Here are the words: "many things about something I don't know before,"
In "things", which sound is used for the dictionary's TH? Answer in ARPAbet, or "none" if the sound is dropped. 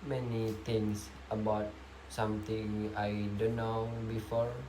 T